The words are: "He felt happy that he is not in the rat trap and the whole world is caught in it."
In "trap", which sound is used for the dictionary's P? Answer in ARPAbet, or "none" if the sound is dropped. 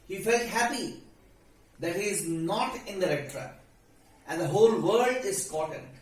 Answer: none